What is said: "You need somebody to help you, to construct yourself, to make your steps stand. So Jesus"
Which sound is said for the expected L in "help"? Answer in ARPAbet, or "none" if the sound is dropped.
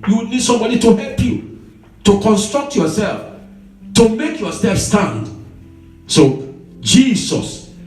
L